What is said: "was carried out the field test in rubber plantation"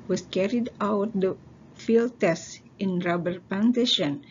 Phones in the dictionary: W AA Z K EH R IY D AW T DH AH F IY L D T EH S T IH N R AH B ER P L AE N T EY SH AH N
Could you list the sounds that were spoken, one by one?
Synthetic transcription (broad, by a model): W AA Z K EH R IY D AW T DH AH F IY L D T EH S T IH N R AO B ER P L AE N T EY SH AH N